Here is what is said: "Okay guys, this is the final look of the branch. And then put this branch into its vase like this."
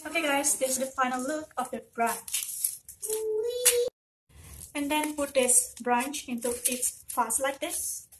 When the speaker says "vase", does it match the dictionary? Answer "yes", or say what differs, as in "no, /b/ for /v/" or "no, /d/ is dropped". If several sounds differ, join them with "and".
no, /f/ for /v/